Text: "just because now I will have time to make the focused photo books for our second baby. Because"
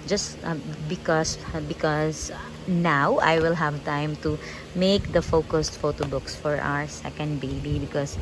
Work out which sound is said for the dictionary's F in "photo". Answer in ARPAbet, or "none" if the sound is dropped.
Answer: F